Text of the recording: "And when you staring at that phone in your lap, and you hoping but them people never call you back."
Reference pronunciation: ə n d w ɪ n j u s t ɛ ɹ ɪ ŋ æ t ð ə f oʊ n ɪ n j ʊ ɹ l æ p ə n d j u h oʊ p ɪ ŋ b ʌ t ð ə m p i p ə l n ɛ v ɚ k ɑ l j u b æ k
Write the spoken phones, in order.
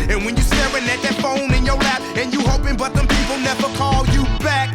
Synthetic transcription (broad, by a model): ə n w ɪ n j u s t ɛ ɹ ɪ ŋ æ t ð ə f oʊ n ɪ n j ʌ ɹ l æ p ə n j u h oʊ p ɪ ŋ b ʌ t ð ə m p i p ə l n ɛ v ɚ k ɑ l j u b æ k